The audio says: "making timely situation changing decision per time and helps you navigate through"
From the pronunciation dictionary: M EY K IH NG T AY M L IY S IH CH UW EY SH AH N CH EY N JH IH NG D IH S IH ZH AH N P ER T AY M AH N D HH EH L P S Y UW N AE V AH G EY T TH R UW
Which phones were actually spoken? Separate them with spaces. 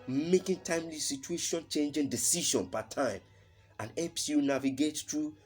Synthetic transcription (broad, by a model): M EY K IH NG T AY M L IY S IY CH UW EY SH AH N CH EY N JH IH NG D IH S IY SH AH N P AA T AY M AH N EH P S Y UW N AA V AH G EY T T R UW